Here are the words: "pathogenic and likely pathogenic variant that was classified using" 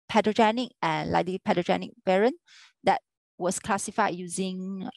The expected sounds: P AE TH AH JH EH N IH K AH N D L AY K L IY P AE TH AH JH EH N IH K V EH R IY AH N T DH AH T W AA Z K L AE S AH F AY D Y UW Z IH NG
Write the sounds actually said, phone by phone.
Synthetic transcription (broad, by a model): P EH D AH JH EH N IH K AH N L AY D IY P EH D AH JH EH N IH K B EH R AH N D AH T W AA S K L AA S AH F AY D Y UW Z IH NG